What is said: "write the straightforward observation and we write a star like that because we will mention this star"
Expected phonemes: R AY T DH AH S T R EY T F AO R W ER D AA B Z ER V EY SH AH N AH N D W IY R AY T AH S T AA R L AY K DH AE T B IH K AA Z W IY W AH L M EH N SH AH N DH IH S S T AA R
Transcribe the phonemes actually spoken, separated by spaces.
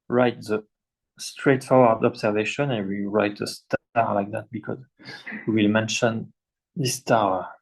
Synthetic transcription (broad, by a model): R AY T DH AH S T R EY T F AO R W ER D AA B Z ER V EY SH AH N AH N W IY R AY T AH S T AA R L AY K DH AE T B IH K AA Z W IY W AH L M EH N SH AH N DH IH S S T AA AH